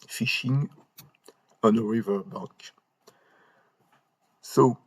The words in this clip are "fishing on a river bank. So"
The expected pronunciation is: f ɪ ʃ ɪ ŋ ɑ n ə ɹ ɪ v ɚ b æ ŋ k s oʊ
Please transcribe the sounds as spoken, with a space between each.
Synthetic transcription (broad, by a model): f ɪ ʃ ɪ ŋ ɑ n ə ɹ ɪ v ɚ b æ k s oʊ